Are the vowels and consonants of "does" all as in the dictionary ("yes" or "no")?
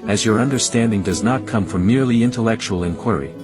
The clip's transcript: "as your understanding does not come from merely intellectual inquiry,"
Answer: yes